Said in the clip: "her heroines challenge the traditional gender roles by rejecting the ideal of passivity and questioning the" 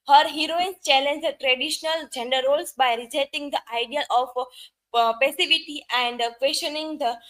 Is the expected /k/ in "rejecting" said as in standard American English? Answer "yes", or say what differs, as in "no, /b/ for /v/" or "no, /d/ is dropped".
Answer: no, /k/ is dropped